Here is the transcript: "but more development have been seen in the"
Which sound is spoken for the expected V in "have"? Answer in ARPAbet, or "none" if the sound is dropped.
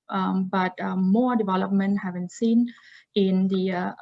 V